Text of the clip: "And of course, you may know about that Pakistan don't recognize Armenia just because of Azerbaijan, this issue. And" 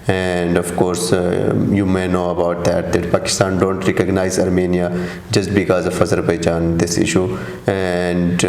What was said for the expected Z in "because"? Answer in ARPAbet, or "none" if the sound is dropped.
Z